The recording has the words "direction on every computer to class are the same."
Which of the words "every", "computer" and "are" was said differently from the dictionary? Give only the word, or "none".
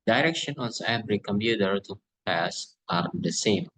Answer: every